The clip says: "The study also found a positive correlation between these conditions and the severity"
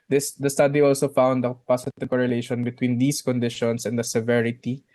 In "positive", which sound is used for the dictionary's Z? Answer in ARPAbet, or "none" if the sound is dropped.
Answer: S